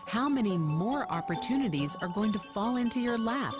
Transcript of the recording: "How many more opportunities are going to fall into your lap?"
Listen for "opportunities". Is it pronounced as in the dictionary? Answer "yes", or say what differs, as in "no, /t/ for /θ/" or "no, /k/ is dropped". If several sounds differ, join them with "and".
yes